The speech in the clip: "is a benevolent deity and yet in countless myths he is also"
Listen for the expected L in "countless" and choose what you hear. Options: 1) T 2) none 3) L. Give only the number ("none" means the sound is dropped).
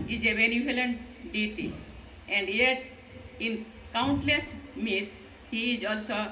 3